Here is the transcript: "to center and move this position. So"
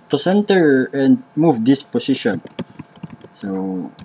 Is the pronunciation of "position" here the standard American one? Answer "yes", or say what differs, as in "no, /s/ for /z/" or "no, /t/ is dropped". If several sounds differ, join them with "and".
no, /s/ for /z/